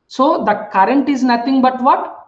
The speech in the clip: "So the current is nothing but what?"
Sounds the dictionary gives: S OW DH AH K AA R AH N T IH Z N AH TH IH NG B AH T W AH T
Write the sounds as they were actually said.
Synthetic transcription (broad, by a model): S OW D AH K AA R AH N T IH Z N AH T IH NG B AH T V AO T